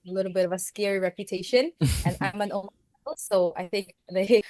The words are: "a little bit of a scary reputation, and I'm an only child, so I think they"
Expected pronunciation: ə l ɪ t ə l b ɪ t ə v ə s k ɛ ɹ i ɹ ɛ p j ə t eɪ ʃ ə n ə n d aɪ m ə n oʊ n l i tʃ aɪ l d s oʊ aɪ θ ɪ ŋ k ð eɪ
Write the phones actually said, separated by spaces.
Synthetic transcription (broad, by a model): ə l ɪ t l b ɪ t ə v ə s k ɛ ɹ i ɹ ɛ p j ə t eɪ ʃ ə n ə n aɪ m ə n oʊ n i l s oʊ aɪ θ ɪ ŋ k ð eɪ